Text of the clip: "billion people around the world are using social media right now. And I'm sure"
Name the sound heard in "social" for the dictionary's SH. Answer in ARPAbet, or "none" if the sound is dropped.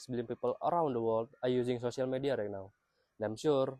S